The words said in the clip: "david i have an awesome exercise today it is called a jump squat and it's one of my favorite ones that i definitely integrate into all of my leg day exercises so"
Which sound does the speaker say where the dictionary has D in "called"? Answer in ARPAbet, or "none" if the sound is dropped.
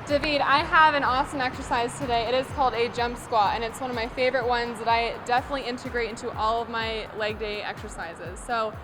D